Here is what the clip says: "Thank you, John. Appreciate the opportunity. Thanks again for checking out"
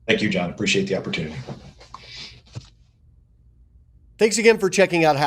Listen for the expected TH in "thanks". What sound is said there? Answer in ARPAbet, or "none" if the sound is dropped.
TH